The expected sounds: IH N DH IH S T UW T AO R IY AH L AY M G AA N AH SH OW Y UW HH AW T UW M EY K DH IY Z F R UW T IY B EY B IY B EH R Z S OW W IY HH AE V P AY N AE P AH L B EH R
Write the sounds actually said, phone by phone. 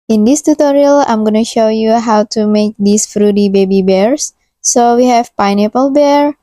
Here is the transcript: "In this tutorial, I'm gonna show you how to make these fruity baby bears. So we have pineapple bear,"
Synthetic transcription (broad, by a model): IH N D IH S T UW T AO R IY AH L AY M G AA N AH SH OW Y UW HH AW T UW M EY K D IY S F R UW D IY B EY B IY B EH R S OW W IY HH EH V P AY N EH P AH L B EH R